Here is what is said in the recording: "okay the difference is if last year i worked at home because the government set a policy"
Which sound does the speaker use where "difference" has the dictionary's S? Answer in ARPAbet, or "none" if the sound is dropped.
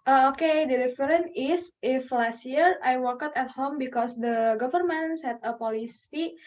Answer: none